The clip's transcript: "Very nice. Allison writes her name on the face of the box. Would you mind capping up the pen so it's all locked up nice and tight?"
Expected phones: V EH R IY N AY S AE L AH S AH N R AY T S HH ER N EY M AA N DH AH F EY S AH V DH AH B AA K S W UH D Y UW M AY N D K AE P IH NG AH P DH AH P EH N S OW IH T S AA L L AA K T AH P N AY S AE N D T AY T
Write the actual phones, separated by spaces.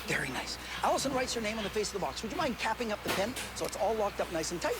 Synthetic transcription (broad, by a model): V EH R IY N AY S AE L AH S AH N R AY T S HH ER N EY M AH N DH AH F EY S AH V DH AH B AA K S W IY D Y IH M AY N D K AE P IH NG AH P DH AH P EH N S OW IH T S AA L L AA K T AH P N AY S N T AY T